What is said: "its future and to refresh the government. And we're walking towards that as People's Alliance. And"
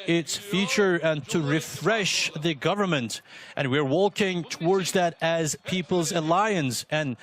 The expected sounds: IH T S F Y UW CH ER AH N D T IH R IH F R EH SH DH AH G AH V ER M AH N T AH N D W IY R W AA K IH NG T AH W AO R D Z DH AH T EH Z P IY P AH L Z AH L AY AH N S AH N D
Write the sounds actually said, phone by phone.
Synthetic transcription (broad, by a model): IH T S F Y UW CH ER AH N T IH R IH F R EH SH DH AH G AH V ER M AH N T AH N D W IY R W AA K IH NG T AH W AO R D Z DH AH T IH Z P IY P AH L Z AH L AY AH N S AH N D